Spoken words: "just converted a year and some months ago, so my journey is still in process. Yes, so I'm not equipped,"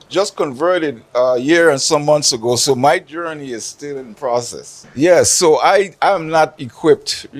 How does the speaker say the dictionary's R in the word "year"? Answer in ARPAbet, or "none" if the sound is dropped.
R